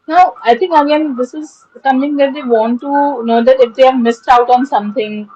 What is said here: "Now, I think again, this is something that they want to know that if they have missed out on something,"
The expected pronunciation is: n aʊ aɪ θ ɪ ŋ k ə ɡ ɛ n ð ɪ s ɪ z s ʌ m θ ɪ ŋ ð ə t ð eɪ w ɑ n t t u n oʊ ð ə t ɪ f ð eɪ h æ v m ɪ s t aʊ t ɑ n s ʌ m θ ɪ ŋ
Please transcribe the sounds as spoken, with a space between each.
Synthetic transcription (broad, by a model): n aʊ aɪ t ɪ ŋ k ə ɡ ɛ n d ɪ s ɪ z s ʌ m t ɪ ŋ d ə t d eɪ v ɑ n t t u n oʊ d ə t ɪ f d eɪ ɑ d m ɪ s t aʊ t ɑ n s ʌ m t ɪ ŋ